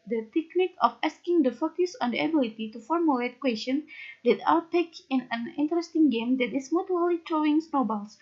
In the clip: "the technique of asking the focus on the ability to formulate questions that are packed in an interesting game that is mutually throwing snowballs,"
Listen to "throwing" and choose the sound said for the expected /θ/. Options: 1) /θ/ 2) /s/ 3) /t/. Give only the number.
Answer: 3